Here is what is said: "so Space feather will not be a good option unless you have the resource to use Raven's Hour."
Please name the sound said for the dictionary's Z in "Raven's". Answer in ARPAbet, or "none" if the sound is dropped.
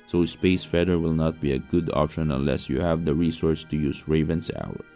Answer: S